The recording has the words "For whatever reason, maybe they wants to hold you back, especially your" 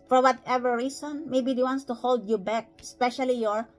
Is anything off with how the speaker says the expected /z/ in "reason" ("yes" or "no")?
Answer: yes